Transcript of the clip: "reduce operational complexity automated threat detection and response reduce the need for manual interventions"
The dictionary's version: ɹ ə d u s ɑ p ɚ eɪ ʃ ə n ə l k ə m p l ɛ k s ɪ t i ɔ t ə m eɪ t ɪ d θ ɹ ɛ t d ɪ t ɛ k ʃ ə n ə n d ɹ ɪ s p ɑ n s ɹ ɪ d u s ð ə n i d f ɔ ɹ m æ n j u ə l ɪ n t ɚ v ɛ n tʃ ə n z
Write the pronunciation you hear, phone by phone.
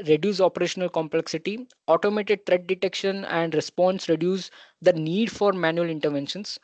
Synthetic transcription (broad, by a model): ɹ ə d u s ɑ p ɚ eɪ ʃ ə n ə l k ə m p l ɛ k s ɪ t i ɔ t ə m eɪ t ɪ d t ɹ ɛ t d ɪ t ɛ k ʃ ə n ə n d ɹ ɪ s p ɑ n s ɹ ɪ d u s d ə n i d f ɔ ɹ m æ n j u ə l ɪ n t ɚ v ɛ n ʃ ə n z